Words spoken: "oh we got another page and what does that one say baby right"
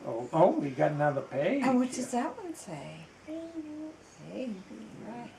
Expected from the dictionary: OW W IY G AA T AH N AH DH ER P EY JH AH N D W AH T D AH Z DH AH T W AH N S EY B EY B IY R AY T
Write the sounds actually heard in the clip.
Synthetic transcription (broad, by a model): OW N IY G AA T AH N AH DH ER P EY AH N W AH T D AH Z DH AH T W AH N S EY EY IY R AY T